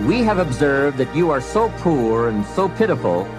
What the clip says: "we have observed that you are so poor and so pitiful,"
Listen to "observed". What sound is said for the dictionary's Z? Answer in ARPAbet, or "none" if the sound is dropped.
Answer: Z